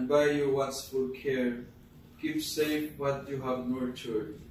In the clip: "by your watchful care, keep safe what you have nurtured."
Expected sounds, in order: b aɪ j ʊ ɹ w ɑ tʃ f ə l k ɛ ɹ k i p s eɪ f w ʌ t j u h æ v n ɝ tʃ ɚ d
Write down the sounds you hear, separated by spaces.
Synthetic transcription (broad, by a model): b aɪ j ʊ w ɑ s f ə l k ɛ ɹ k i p s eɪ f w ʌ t j u h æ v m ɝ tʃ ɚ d